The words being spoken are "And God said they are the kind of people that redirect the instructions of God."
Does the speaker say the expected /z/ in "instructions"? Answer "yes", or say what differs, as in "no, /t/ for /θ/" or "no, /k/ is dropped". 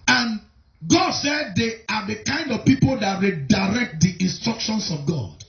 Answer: no, /s/ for /z/